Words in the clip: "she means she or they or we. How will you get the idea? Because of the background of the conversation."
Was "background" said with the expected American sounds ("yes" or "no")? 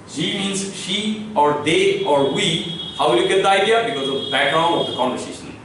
no